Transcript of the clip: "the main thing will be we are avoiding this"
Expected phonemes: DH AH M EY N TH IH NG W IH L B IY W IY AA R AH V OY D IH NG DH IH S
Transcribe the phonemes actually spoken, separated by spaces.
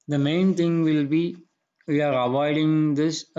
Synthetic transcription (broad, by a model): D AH M EY N T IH NG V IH L B IY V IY AA R AH V OY D IH NG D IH S